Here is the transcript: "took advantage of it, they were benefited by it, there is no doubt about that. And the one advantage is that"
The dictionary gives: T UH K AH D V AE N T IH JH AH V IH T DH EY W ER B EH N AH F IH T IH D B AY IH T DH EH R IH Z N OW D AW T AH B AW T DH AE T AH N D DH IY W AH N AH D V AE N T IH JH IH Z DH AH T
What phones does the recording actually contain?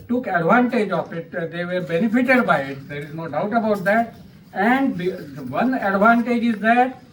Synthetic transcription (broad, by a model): T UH K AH D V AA N T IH JH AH F IH T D EY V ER B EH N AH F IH T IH D B AY IH T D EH R IH Z N OW D AW T AH B AW T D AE T AH N D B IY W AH N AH D V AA N T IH JH IH Z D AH T